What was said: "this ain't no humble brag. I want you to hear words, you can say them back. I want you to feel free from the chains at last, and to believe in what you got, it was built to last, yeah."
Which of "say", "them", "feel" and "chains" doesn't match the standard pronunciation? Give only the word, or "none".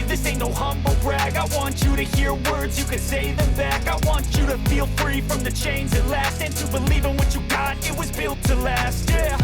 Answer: none